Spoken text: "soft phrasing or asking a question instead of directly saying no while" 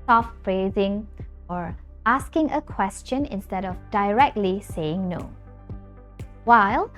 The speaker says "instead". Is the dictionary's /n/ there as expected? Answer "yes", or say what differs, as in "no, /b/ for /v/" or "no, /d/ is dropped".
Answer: yes